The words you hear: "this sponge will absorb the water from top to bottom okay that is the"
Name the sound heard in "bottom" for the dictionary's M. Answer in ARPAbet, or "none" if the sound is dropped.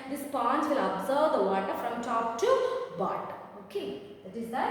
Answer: none